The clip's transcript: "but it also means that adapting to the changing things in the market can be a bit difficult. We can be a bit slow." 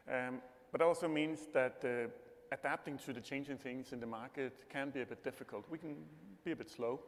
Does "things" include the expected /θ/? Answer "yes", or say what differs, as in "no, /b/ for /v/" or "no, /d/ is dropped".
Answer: yes